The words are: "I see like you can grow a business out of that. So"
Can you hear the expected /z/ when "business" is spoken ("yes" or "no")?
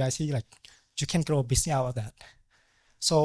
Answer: no